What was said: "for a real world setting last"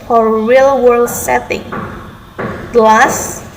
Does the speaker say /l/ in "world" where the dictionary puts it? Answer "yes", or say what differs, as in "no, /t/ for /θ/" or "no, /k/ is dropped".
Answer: yes